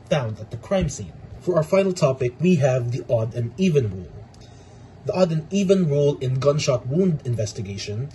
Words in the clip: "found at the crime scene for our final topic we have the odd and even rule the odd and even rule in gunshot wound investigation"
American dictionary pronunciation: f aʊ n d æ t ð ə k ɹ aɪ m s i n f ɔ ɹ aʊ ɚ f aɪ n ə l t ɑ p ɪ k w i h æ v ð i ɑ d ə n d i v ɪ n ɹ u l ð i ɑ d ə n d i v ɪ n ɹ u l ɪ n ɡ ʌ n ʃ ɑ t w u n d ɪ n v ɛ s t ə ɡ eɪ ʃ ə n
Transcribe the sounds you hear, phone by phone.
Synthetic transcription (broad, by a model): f aʊ n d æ t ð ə k ɹ aɪ m s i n f ɔ ɹ aʊ ɚ f aɪ n ə l t ɑ p ɪ k w i h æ v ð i ɑ d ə n i v ɪ n ɹ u l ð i ɑ d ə n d i v ɪ n ɹ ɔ l ɪ n ɡ ʌ n ʃ ɑ t w u n d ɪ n v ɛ s t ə ɡ eɪ ʃ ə n